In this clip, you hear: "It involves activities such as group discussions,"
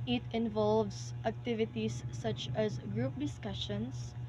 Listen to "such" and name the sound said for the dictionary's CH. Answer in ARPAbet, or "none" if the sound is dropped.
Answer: CH